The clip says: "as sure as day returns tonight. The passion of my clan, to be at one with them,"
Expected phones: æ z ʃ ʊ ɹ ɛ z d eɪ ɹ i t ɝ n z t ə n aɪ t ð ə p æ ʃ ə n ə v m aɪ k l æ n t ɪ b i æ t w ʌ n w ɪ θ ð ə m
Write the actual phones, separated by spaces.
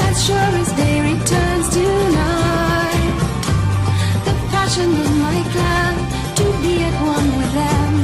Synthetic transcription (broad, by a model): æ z ʃ ʊ ɹ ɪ s d eɪ ɹ i t ɝ n z t ə n aɪ t ð ə p æ ʃ ə n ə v m aɪ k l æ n t ɪ b i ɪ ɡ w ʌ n w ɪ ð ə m